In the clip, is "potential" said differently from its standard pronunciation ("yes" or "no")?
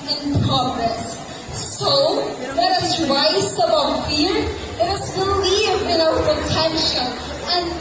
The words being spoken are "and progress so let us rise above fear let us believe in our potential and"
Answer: yes